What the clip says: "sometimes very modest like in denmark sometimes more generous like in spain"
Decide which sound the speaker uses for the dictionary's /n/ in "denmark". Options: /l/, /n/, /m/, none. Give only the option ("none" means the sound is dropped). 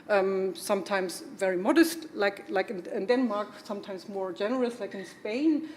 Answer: /n/